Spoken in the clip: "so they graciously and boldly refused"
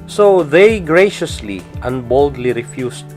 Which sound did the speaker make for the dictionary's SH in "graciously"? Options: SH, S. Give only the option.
SH